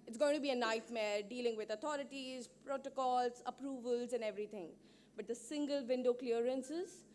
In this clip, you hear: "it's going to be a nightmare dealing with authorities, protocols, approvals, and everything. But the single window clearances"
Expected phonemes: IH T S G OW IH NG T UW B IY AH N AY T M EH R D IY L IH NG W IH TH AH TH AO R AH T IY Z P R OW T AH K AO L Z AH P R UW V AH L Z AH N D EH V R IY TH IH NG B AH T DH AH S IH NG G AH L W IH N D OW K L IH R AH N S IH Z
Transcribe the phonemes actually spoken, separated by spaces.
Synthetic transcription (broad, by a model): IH T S G OW IH NG T UW B IY AH N AY T M EH R D IY L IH NG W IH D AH T AO R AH T IY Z P R OW T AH K AO L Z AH P R UW V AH L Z AH N D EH V R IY T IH NG B AH T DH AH S IH NG G AH L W IH N D OW K L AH R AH N S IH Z